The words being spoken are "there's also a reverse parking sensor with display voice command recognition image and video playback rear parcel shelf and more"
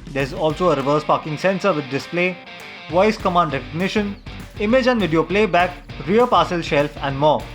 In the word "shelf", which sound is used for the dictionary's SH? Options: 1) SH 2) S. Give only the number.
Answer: 1